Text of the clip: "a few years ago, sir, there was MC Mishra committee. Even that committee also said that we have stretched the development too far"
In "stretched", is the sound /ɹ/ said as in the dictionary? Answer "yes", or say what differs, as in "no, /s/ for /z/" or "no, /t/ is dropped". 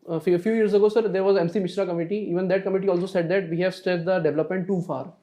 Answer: no, /ɹ/ is dropped